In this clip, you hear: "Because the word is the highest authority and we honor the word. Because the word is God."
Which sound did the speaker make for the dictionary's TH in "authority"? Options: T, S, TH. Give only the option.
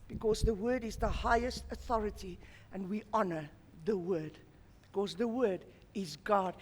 TH